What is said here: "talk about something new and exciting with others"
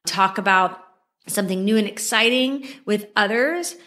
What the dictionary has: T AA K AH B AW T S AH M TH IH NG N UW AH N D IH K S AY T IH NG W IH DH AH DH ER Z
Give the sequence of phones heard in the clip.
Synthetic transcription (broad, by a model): T AA K AH B AW T S AH M TH IH NG N UW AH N IH K S AY T IH NG W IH DH AH DH ER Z